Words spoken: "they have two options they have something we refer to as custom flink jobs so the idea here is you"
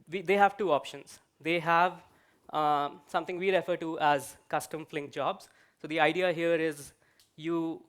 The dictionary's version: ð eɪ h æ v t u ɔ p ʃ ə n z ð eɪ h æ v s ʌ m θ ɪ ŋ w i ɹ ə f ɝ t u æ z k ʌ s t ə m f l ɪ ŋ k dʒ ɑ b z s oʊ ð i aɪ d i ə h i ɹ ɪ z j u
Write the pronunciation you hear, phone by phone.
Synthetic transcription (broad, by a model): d eɪ h æ v t u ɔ p ʃ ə n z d eɪ h æ v s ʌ m t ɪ ŋ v i ɹ ə f ɝ t u æ z k ʌ s t ə m f l ɪ ŋ k dʒ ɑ b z s oʊ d i aɪ d i ə h i ɹ ɪ z j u